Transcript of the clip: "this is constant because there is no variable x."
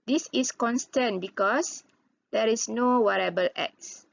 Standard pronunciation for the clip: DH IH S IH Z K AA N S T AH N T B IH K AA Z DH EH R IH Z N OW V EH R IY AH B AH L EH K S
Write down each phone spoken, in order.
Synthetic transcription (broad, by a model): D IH S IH S K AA N S T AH N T B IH K AA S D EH R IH S N OW W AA R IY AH B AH L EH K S